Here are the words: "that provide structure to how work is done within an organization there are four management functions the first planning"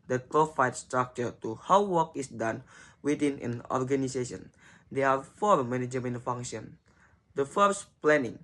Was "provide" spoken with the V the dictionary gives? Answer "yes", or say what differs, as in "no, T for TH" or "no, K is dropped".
no, F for V